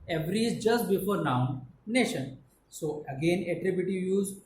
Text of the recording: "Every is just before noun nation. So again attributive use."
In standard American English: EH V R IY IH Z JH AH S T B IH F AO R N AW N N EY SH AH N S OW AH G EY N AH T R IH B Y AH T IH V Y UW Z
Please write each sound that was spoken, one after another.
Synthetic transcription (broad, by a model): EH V R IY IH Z JH AH S T B IH F AO R N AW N N EY SH AH N S OW AH G EY N AH T R IH B Y AH T IH V Y UW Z